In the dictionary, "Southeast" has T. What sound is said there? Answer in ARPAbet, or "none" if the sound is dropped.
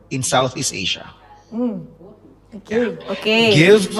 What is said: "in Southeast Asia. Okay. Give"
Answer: T